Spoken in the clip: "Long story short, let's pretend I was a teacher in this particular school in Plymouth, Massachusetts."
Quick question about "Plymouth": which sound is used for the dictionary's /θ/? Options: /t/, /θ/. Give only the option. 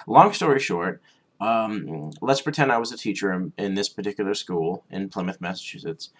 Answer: /θ/